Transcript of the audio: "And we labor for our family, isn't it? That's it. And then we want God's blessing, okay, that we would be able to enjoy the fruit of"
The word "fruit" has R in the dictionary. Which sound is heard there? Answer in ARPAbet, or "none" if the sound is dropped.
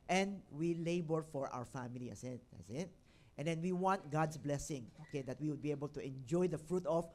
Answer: R